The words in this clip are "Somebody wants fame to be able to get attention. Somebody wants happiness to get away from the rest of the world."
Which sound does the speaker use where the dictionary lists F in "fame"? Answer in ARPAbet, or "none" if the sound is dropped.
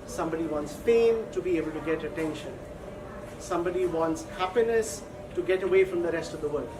P